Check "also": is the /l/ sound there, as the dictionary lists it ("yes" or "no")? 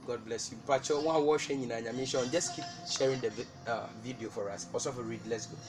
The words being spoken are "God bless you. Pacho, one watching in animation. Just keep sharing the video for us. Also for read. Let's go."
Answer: no